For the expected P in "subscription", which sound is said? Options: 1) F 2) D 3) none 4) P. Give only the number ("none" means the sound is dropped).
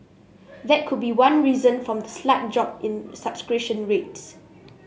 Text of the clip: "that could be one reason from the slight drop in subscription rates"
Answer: 3